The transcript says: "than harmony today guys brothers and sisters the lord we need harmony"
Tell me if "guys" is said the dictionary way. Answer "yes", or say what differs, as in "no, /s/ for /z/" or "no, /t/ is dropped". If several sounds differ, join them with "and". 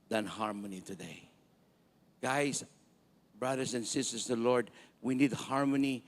no, /s/ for /z/